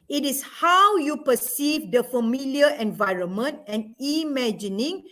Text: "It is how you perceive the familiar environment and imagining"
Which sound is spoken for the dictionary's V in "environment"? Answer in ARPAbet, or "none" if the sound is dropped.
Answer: V